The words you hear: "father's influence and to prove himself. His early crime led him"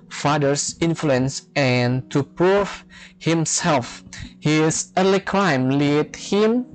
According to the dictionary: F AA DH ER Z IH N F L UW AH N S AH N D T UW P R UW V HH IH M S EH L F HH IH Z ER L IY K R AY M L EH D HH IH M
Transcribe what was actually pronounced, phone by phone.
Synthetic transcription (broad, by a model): F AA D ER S IH N F L UW AH N S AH N T UW P R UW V HH IH M S EH L F HH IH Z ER L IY K R AY M L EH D HH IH M